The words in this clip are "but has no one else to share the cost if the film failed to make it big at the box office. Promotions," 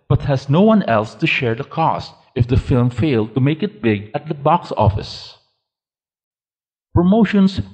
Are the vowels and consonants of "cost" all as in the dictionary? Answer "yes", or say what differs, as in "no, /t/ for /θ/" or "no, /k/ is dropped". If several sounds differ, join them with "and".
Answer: yes